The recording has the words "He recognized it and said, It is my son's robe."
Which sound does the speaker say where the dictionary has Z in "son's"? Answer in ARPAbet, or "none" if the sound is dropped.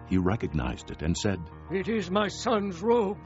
Z